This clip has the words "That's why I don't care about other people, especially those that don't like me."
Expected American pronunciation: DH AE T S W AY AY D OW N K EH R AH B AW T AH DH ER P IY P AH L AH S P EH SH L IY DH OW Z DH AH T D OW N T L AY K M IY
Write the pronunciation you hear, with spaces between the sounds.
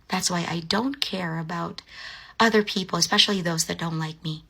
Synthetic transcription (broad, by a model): DH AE T S W AY AY D OW N K EH R AH B AW T AH DH ER P IY P L AH S P EH SH L IY DH OW Z DH AH T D OW N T L AY K M IY